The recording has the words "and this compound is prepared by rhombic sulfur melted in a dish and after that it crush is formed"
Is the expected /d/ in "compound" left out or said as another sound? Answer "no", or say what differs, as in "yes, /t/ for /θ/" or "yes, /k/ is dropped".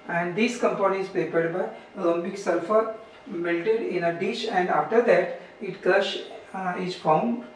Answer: yes, /d/ is dropped